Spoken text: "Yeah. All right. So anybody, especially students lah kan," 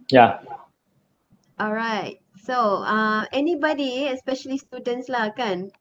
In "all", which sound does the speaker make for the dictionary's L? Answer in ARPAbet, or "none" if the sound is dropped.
L